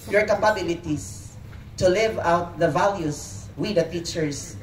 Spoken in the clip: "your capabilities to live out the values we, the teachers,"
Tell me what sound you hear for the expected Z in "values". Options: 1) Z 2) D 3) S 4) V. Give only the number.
3